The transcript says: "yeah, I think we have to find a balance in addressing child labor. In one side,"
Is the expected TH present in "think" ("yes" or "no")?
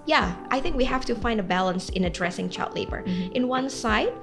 yes